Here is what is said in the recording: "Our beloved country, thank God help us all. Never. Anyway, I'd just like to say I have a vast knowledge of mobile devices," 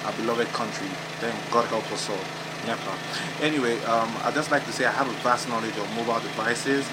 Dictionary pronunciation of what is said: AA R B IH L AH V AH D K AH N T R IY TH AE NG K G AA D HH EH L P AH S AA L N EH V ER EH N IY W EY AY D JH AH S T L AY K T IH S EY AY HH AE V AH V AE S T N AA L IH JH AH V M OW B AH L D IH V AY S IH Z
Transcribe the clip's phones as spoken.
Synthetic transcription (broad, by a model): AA B IH L AH V AH D K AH N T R IY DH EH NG G AA D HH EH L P AH S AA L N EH P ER EH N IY W EY AY JH AH S T L AY K T IH S EY AY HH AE V AH V AE S T N AA L IH JH AH V M OW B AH L D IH V AY S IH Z